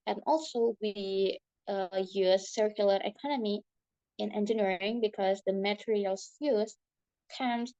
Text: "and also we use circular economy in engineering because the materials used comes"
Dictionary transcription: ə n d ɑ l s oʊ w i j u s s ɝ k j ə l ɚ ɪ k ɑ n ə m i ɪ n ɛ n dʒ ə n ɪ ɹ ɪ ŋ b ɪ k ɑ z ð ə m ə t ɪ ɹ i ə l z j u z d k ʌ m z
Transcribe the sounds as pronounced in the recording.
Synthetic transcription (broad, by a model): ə n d ɑ l s oʊ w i j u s s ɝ k j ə l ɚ ɪ k ɑ n ə m i ɪ n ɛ n dʒ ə n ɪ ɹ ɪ ŋ b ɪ k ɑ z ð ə m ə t ɹ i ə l j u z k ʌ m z